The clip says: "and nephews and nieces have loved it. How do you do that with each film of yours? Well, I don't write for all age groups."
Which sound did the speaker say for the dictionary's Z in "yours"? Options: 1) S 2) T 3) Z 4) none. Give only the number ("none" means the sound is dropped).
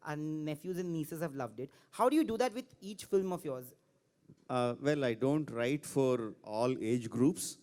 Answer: 3